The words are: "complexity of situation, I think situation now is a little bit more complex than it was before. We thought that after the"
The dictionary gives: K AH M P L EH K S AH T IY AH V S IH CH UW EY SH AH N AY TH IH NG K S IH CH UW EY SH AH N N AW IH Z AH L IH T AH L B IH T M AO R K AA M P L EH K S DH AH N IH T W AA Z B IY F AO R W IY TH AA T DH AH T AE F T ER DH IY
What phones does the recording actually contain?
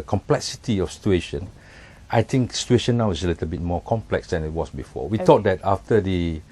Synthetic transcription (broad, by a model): K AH M P L EH K S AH T IY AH F S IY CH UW EY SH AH N AY T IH NG K S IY CH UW EY SH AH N N AW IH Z AH L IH T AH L B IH T M AO K AA M P L EH K S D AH N IH T W AA S B IY F AO W IY T AA T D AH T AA F T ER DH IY